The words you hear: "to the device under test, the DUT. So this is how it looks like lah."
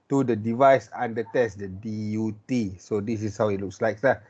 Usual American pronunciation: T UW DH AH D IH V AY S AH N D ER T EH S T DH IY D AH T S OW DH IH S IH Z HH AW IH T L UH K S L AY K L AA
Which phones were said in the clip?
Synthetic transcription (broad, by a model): T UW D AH D IH V AY S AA N D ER T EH S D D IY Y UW T S OW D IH S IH S HH AW IH T L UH K S L AY K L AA